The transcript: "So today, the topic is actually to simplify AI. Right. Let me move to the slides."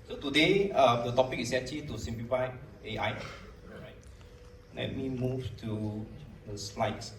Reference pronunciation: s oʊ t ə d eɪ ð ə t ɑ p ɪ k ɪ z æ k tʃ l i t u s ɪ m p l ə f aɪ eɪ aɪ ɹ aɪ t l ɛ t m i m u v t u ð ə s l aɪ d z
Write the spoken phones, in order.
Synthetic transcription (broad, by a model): s oʊ t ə d eɪ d ə t ɑ p ɪ k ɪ s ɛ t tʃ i t u s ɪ m p l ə f aɪ eɪ aɪ ɹ aɪ t l ɛ t m i m u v t u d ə s l aɪ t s